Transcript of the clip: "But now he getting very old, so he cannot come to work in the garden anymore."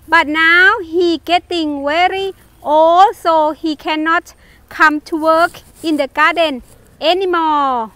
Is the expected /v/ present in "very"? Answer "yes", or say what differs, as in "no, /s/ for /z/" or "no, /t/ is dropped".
no, /w/ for /v/